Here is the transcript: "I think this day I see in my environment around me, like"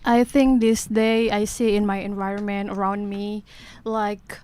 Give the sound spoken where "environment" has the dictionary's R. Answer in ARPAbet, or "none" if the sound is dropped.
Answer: R